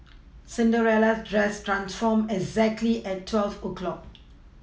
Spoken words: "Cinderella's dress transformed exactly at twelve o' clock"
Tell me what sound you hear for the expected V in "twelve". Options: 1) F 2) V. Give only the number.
1